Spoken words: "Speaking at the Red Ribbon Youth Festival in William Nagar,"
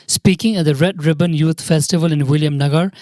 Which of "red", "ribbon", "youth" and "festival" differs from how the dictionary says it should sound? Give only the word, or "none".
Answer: youth